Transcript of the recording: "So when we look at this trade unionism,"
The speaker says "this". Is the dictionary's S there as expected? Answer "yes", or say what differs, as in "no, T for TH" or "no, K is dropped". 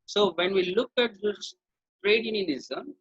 no, S is dropped